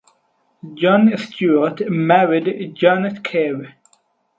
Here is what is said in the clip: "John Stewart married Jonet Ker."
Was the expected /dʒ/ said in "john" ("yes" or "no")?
yes